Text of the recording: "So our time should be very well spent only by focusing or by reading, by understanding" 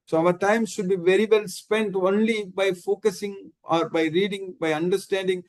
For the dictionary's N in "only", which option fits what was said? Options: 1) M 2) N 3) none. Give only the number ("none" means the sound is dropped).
2